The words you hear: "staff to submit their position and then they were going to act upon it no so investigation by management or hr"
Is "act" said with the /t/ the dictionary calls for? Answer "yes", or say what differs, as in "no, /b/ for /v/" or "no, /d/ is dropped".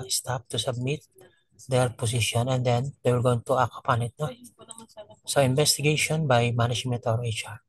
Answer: no, /t/ is dropped